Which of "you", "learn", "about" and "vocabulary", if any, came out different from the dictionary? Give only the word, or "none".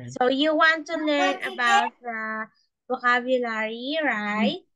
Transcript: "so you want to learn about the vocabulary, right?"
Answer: vocabulary